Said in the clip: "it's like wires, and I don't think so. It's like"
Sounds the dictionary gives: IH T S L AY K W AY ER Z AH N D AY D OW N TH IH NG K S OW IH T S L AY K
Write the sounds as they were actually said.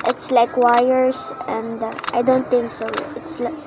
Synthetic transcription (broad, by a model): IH T S L AY K W AY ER S AH N D AY D OW N T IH NG K S OW IH T S L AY